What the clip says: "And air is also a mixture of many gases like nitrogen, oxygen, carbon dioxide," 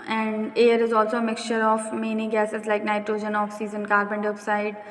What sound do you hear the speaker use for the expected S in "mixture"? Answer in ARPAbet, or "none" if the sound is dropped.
S